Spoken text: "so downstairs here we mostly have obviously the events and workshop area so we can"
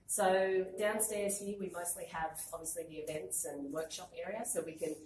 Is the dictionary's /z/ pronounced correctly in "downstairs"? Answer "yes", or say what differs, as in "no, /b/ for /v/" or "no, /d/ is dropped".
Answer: yes